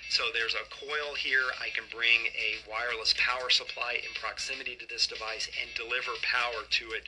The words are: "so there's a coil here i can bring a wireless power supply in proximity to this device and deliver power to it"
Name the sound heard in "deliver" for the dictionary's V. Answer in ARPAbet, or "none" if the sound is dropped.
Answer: V